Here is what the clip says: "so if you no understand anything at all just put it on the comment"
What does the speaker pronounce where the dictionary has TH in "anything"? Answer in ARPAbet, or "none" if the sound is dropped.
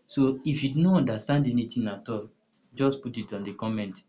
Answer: T